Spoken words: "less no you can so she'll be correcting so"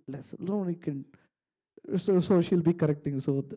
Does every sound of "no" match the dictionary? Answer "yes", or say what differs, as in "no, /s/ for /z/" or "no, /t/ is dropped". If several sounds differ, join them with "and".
no, /l/ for /n/